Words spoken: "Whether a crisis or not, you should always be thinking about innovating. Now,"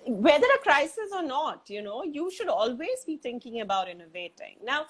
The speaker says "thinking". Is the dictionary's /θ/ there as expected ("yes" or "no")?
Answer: no